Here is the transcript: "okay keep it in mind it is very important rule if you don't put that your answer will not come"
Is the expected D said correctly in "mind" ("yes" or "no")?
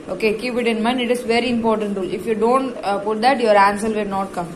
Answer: no